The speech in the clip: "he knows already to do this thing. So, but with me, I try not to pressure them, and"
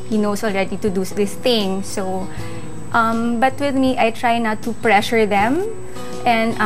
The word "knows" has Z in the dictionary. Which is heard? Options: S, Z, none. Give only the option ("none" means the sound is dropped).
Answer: S